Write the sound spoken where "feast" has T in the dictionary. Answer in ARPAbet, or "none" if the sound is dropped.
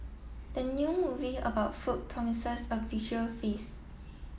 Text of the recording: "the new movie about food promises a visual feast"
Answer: none